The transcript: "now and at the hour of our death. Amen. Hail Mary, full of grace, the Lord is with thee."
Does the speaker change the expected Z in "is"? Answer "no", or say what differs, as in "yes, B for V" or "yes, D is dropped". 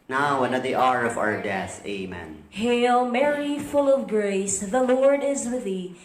no